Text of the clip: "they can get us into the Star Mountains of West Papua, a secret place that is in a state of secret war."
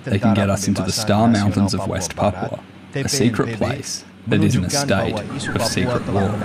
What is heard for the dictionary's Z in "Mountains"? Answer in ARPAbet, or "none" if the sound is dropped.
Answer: Z